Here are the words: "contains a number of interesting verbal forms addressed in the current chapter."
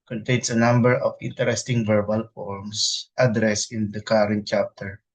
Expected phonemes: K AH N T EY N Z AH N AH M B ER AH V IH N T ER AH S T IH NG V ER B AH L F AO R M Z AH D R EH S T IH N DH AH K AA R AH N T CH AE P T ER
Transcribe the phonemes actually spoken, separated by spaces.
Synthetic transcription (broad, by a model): K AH N T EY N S AH N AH M B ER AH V IH N T ER AH S T IH NG V ER B AH L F AO R M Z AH D R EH S IH N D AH K AA R AH N T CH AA P T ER